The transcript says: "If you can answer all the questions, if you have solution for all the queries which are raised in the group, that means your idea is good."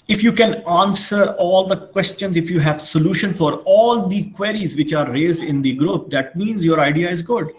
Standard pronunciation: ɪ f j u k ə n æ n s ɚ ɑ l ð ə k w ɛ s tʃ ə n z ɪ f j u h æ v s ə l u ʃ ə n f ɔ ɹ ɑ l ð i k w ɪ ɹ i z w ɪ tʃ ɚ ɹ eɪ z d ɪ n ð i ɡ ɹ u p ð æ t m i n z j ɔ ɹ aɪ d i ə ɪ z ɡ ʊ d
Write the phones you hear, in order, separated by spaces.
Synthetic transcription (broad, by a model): ɪ f j u k ə n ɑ n s ɚ ɑ l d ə k w ɛ s tʃ ə n z ɪ f j u h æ v s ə l u ʃ ə n f ɔ ɹ ɑ l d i k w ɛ ɹ i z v ɪ tʃ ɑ ɹ eɪ z d ɪ n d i ɡ ɹ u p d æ t m i n z j ɔ ɹ aɪ d i ə ɪ z ɡ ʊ d